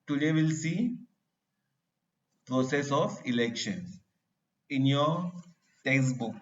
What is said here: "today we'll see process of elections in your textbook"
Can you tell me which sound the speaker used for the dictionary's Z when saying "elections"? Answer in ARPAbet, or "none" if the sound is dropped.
none